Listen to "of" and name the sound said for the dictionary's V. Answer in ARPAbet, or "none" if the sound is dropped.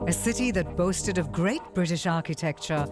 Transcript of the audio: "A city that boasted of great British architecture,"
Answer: V